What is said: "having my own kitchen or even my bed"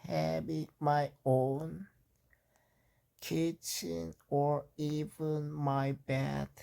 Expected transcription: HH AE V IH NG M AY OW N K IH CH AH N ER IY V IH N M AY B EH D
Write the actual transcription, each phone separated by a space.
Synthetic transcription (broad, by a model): HH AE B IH M AY OW N K IH CH AH N ER IY V IH N M AY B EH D